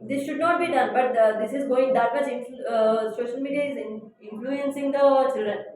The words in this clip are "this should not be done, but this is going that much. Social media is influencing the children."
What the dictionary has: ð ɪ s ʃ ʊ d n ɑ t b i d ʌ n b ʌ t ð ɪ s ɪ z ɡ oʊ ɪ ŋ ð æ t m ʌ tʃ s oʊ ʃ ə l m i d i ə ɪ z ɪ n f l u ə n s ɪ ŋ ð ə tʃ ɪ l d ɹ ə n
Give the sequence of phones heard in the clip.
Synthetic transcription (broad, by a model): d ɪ s ʃ ʊ d n ɑ t b i d ʌ n b ʌ t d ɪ s ɪ z ɡ oʊ ɪ ŋ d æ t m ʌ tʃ s oʊ ʃ ə l m i d i ə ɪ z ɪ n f l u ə n s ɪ ŋ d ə tʃ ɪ l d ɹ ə n